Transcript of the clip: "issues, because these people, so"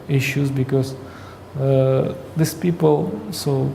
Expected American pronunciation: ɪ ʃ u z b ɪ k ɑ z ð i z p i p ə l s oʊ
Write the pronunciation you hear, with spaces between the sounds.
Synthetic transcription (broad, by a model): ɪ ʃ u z b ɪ k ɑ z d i s p i p ə l s oʊ